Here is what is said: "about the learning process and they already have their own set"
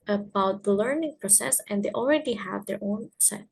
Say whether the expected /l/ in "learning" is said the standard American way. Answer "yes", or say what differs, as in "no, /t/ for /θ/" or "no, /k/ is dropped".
yes